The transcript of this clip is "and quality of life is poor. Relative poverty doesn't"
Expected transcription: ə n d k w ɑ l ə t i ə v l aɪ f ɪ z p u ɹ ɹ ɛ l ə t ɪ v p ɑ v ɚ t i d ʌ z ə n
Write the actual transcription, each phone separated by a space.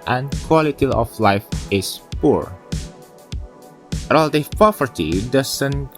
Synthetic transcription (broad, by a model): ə n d k w ɑ l ə t i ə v l aɪ f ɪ s p u ɹ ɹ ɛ l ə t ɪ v p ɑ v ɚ t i d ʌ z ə n